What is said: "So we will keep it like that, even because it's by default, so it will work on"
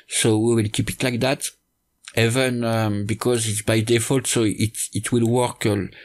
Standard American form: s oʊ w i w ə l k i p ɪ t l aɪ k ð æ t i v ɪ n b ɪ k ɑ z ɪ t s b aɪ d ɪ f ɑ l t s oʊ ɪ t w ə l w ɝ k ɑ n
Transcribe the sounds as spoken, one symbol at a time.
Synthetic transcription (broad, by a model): s oʊ w i w ə l k i p ɪ t l aɪ k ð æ t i v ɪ n b ɪ k ɑ z ɪ t s b aɪ d ɪ f ɑ l t s oʊ ɪ t w ə l w ɝ k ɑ